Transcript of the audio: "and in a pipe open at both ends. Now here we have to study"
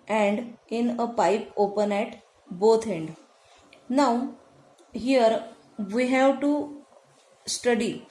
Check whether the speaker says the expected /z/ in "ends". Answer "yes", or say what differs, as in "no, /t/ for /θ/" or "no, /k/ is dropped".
no, /z/ is dropped